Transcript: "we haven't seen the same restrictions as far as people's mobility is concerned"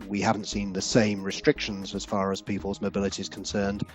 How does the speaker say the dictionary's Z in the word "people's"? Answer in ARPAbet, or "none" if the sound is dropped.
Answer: Z